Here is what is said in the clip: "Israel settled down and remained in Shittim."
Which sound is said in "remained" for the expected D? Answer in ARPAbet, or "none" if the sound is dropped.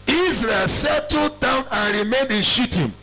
D